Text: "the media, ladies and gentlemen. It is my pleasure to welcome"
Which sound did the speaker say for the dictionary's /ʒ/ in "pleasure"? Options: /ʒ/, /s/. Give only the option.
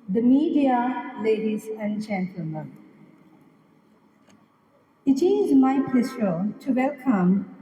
/s/